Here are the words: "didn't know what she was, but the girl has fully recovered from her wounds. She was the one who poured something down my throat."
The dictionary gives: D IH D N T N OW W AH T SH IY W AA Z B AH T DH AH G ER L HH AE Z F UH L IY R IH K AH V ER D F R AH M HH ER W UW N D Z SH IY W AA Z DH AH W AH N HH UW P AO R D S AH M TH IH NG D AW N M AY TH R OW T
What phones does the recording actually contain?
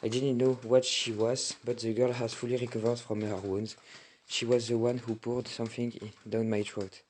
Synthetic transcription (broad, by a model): D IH D N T N OW W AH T SH IY W AA Z B AH T DH AH G ER L HH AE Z F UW L IY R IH K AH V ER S F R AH M HH ER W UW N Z SH IY W AA Z DH AH W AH N HH UW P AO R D S AH M TH IH NG D AW N M AY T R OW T